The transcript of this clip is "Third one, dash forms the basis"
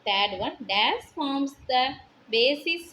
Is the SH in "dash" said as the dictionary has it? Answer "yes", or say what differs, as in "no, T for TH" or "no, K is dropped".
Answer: no, S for SH